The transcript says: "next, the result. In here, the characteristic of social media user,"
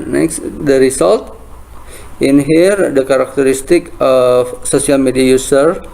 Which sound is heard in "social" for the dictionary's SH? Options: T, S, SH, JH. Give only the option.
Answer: S